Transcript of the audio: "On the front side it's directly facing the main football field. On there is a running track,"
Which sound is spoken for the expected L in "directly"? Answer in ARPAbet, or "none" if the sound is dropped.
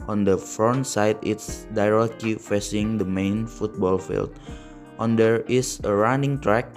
none